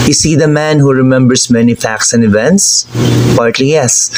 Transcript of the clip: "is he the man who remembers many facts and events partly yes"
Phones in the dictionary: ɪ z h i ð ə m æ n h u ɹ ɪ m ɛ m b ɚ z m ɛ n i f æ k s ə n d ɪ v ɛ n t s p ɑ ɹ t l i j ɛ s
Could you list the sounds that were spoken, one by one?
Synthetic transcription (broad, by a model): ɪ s i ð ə m æ n h u ɹ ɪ m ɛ m b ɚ s m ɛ n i f æ k s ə n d ɪ v ɛ n t s p ɑ ɹ t l i j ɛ s